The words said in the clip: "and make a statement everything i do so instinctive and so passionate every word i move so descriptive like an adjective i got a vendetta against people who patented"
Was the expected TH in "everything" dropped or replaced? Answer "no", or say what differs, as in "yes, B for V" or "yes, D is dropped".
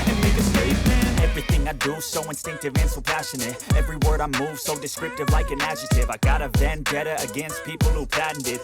no